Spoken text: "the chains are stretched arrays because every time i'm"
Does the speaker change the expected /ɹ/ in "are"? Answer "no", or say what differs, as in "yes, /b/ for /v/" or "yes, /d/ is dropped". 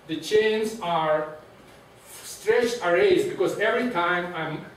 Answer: no